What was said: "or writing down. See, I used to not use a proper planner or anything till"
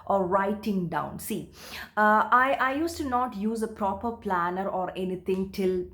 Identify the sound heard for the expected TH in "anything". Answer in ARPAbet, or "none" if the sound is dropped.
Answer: T